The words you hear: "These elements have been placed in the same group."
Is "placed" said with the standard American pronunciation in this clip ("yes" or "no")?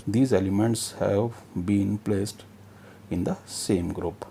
yes